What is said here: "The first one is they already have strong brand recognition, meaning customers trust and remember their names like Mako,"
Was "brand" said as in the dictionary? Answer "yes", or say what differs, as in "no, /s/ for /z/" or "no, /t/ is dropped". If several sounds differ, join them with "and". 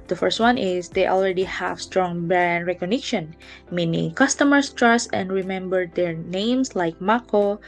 no, /ɹ/ is dropped